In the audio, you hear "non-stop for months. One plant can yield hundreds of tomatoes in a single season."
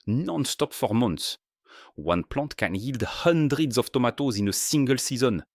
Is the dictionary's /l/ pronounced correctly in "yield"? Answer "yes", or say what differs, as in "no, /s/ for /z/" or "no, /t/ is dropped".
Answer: yes